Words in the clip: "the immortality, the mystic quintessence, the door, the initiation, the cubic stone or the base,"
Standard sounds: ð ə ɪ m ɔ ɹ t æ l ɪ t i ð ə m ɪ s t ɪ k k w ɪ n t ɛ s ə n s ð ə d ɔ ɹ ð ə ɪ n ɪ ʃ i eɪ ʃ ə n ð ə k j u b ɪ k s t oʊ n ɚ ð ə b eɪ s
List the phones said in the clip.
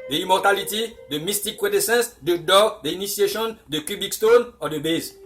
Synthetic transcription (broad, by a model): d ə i m ɔ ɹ t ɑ l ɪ t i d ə m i s t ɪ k k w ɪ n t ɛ s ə n s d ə d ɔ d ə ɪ n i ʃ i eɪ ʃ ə n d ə k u b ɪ k s t oʊ n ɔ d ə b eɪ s